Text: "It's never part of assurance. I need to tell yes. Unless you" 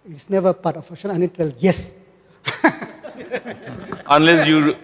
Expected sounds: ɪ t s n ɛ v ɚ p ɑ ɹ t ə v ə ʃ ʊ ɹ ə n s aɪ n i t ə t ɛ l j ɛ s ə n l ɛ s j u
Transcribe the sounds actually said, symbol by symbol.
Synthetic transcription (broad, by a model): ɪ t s n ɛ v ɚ p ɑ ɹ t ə f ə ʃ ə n aɪ n i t t ɛ l j ɛ s ə n l ɛ s j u